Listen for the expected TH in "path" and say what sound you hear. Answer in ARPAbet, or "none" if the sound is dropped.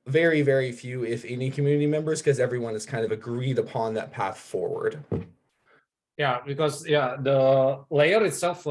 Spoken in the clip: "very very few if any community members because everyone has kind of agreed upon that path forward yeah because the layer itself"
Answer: TH